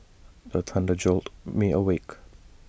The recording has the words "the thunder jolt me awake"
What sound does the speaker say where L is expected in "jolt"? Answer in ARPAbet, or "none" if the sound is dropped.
L